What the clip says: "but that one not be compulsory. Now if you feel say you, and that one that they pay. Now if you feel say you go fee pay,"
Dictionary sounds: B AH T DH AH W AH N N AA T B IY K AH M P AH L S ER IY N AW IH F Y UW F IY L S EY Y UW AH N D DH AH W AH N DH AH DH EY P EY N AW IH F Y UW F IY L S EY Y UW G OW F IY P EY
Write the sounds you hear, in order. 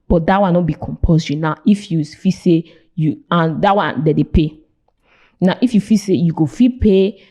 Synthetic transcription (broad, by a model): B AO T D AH W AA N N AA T B IY K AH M P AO S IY N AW IH F Y UW F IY S EY Y UW AH N D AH W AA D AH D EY P EY N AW IH F Y UW F IY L S EY Y UW G OW F IY P EY